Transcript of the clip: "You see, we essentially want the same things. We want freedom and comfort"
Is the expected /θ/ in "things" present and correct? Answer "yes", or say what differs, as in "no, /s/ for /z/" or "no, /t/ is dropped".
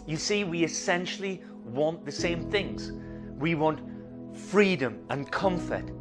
yes